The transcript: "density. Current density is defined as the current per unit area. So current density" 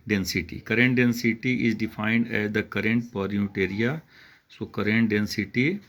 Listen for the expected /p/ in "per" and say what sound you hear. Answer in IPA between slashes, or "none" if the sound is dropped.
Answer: /p/